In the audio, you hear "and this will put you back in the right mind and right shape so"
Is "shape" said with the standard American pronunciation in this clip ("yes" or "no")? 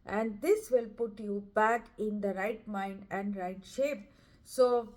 yes